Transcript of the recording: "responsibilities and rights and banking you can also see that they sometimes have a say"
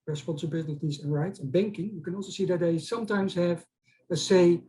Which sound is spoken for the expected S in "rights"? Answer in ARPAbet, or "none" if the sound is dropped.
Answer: S